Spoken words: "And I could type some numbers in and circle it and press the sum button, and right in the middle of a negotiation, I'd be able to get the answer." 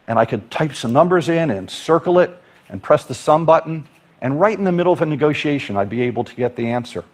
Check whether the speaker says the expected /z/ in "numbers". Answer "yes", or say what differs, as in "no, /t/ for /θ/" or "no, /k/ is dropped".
yes